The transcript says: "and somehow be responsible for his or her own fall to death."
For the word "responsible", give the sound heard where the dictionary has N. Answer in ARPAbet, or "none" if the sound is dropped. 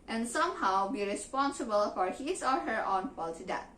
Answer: N